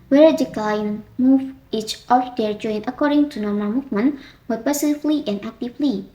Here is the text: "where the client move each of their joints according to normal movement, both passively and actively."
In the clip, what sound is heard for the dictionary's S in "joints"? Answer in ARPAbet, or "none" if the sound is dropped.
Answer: none